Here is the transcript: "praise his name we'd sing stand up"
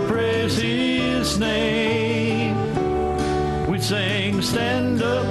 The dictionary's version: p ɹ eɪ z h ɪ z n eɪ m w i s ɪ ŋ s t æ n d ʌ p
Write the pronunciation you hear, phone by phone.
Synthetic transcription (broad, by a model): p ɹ eɪ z h ɪ z n eɪ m w i s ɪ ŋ s t æ n d ʌ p